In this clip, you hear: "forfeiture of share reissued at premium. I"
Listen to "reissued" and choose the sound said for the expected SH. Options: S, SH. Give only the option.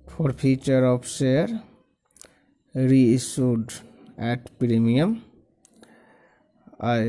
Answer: S